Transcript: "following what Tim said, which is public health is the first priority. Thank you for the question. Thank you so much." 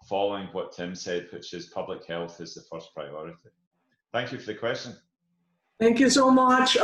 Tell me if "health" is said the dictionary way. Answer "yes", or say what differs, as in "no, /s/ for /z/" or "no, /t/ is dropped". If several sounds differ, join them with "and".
yes